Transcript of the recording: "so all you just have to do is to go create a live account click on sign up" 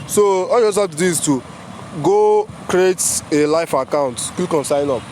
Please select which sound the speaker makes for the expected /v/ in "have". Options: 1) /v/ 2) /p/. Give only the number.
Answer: 2